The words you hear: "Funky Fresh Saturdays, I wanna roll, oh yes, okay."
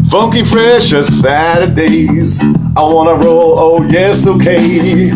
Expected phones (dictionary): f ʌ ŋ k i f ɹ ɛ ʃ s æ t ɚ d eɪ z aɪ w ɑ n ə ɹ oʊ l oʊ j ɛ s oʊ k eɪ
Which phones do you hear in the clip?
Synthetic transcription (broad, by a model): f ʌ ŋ k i f ɹ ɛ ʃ s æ t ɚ d eɪ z aɪ w ɑ n ə ɹ oʊ l oʊ j ɛ s oʊ k eɪ